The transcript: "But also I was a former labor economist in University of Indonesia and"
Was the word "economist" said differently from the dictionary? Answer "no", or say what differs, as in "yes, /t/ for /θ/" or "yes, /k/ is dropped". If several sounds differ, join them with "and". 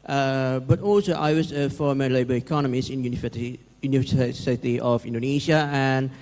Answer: yes, /t/ is dropped